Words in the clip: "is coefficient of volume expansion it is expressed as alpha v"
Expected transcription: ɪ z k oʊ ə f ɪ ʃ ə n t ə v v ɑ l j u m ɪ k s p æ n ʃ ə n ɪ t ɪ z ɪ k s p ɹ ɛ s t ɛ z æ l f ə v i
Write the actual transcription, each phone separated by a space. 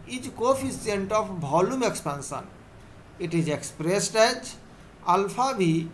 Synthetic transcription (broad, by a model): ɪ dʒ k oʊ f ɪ s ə n t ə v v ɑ l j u m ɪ k s p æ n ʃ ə n ɪ t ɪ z ɪ k s p ɹ ɛ s t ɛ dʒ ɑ l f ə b i